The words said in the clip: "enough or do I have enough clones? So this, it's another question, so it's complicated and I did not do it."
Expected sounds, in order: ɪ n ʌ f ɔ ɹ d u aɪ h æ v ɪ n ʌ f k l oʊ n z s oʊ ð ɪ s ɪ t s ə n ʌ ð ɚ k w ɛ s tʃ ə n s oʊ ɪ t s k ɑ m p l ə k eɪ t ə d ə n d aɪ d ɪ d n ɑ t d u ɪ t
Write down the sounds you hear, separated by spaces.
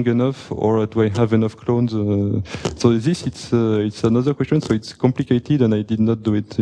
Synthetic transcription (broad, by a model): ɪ n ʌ f ɔ ɹ d u aɪ h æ v ɪ n ʌ f k l oʊ n z s oʊ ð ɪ s ɪ t s ə n ʌ ð ɚ k w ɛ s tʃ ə n s oʊ ɪ t s k ɑ m p l ə k eɪ t ə d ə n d aɪ d ɪ d n ɑ t d u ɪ t